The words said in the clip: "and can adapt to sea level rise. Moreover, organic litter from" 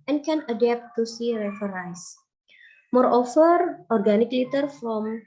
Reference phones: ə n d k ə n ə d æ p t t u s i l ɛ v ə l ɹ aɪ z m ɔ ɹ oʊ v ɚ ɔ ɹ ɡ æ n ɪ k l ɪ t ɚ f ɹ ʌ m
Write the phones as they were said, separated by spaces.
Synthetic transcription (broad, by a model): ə n k ə n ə d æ p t t u s i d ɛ f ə ɹ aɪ s m ɔ ɹ oʊ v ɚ ɔ ɹ ɡ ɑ n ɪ k l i t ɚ f ɹ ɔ m